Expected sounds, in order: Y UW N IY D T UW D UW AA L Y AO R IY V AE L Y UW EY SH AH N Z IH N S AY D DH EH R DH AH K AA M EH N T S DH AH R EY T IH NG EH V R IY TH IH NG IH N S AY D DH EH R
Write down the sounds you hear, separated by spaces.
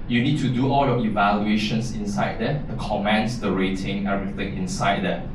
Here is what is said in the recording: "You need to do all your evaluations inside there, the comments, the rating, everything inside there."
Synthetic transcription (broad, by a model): Y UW N IY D T UW D UW AA L Y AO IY V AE L Y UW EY SH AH N S IH N S AY D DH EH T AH K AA M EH N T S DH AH R EY T IH NG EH R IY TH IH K IH N S AY D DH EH